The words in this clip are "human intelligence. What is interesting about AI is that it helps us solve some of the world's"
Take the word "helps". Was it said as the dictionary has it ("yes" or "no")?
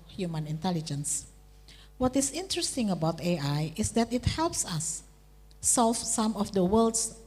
yes